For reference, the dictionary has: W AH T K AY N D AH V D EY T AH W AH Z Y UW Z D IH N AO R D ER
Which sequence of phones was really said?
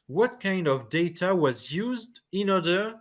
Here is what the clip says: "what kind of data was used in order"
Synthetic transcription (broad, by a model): W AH T K AY N D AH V D EY T AH W AH Z Y UW Z D IH N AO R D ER